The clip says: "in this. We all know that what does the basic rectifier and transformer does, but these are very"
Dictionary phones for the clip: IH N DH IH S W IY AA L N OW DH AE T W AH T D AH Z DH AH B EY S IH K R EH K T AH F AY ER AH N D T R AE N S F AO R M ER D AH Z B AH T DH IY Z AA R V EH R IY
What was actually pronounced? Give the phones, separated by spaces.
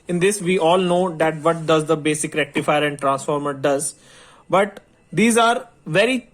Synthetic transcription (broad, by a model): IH N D IH S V IY AA L N OW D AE T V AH T D AH Z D AH B EY S IH K R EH K T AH F AY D AH N D T R AE N S F AO R M ER D AH Z B AH T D IY Z AA R V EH R IY